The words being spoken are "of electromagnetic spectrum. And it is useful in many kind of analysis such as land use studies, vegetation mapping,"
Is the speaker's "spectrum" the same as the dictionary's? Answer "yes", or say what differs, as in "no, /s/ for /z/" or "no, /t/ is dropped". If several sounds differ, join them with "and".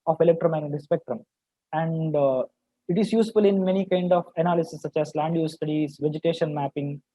yes